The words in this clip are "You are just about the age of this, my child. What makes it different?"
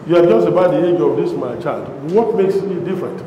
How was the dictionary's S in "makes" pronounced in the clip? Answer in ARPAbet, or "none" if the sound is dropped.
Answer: S